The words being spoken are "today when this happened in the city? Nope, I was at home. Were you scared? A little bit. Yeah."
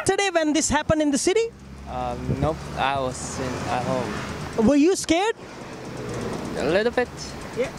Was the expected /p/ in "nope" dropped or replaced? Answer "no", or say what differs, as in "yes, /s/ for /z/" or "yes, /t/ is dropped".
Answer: yes, /p/ is dropped